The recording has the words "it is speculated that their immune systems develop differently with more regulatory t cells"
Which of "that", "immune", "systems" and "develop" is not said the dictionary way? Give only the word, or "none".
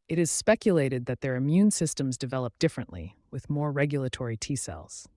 none